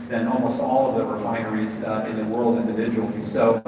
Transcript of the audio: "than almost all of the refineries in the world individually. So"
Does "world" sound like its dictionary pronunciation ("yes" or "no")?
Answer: yes